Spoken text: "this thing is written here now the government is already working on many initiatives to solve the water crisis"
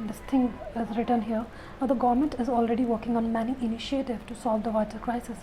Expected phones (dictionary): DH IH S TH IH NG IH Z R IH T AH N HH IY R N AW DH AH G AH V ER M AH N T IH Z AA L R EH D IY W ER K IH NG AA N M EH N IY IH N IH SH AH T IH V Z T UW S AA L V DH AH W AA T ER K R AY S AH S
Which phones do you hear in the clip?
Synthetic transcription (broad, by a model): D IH S T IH NG IH Z R IH T AH N HH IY R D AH G AH V ER M AH N T IH Z AA L R EH D IY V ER K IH NG AA N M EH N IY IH N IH SH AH T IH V T UW S AA L V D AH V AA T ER K R AY S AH S